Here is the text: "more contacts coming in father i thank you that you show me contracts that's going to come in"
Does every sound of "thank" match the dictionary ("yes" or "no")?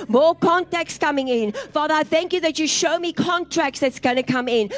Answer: yes